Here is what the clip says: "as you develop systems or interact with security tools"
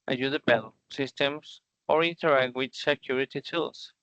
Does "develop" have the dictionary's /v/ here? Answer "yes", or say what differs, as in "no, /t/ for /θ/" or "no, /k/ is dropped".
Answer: no, /b/ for /v/